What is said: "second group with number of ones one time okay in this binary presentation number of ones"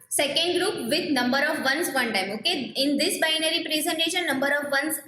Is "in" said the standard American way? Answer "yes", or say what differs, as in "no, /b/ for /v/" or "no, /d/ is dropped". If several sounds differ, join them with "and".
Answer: yes